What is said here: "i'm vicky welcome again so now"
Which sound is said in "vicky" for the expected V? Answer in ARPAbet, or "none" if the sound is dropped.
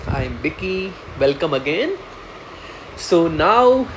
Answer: B